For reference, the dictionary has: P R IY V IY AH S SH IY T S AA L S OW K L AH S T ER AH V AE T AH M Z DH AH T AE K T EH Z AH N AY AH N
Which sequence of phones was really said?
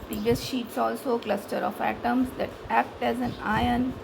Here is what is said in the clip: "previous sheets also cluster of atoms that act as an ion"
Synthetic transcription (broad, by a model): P R IY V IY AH S SH IY T S AA L S OW K L AH S T ER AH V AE T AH M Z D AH T AE K T EH Z AH N AY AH N